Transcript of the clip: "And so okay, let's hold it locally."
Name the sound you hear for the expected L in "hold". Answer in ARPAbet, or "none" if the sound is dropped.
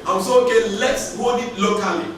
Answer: none